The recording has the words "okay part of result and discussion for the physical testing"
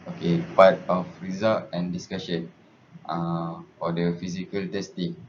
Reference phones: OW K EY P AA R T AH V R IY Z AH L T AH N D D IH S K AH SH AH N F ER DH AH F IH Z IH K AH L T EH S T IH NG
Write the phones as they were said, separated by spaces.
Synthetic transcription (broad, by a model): OW K EY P AA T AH F R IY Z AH T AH N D D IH S K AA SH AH N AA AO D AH F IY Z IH K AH L T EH S T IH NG